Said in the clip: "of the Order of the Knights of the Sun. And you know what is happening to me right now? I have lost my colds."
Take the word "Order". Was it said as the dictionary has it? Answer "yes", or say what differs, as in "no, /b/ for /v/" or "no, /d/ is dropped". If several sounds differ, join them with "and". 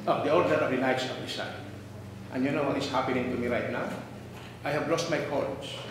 no, /l/ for /ɹ/